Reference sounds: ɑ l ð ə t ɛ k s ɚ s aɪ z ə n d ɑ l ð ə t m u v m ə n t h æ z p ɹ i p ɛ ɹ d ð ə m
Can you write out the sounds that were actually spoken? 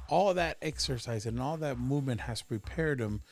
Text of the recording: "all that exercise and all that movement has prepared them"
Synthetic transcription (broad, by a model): ɑ l ð ə t ɛ k s ɚ s aɪ z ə n ɑ l ð ə t m u v m ə n t h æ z p ɹ i p ɛ ɹ d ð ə m